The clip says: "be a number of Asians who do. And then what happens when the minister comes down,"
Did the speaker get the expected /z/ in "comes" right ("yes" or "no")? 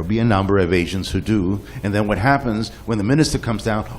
yes